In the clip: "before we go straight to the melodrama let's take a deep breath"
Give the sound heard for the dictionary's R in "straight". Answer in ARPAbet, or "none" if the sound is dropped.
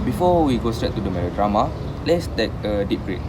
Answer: R